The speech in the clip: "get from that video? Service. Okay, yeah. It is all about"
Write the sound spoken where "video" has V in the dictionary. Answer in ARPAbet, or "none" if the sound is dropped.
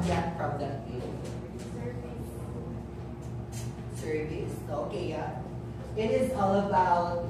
F